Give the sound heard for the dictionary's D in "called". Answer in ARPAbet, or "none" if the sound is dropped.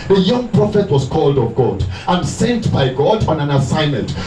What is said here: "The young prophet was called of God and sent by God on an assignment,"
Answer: D